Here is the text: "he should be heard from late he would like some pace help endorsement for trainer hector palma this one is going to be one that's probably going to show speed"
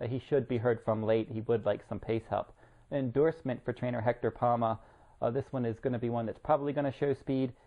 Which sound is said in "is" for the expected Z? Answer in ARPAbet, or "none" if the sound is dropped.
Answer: Z